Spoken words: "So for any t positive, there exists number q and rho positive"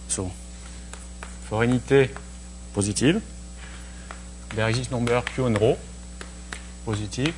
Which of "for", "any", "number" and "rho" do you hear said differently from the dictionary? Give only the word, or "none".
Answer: number